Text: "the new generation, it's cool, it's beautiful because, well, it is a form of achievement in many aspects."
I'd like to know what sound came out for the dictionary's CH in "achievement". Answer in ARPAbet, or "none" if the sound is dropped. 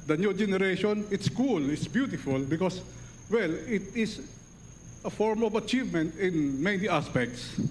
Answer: CH